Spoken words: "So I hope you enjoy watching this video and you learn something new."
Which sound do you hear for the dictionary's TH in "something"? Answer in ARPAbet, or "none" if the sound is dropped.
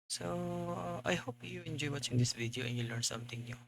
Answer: T